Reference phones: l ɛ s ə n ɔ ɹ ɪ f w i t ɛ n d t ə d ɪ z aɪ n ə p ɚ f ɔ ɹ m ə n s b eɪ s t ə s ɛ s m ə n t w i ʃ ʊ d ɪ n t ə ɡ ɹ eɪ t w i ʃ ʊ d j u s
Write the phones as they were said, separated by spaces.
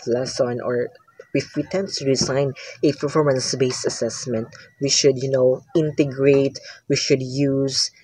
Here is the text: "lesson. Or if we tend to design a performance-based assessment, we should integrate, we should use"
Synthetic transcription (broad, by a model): l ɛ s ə n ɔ ɹ ɪ f w i t ɛ n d t ə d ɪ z aɪ n ə p ɚ f ɔ ɹ m ə n s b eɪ s ə s ɛ s m ə n t w i ʃ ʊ d ɪ n t ə ɡ ɹ eɪ t w i ʃ ʊ d j u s